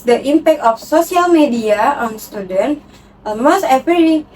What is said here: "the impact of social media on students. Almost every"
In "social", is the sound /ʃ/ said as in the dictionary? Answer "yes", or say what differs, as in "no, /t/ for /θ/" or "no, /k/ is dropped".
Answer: no, /s/ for /ʃ/